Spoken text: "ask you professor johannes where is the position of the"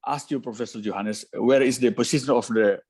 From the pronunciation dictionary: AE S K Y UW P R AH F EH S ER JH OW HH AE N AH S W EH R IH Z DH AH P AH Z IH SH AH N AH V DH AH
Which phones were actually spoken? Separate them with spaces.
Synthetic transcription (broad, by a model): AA S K Y UW P R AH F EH S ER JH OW HH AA N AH S W EH R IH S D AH P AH S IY S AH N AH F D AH